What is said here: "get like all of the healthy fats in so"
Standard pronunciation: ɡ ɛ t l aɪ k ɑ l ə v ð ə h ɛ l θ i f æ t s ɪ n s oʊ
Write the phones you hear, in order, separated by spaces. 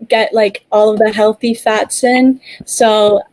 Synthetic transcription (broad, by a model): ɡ ɛ t l aɪ k ɑ l ə v ð ə h ɛ l θ i f æ t s ɪ n s oʊ